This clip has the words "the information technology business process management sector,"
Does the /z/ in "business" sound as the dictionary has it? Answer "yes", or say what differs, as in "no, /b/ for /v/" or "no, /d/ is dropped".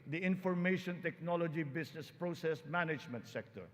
no, /s/ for /z/